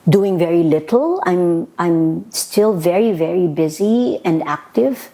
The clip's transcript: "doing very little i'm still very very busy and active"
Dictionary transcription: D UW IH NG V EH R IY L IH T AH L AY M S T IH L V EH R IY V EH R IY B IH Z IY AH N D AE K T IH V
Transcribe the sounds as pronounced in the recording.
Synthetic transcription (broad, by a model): D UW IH NG V EH R IY L IH T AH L AY M S T IH L V EH R IY V EH R IY B IH Z IY AH N D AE K T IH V